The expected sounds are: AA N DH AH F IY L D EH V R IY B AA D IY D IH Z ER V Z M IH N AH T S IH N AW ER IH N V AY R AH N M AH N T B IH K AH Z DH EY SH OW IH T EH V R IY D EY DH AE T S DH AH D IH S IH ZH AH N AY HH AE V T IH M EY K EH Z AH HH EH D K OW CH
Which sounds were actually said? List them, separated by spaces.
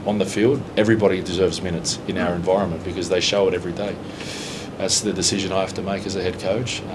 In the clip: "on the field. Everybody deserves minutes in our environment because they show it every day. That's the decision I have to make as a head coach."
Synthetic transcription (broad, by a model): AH N DH AH F IY L D EH V R IY B AA D IY D IH Z ER V Z M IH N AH T S IH N AW ER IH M V AY R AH N M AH N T B IH K AH Z DH EY SH OW IH T EH V R IY D EY DH AE T S DH AH D IH S IH ZH AH N AY HH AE F T IH M EY K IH Z AH HH EH D K OW CH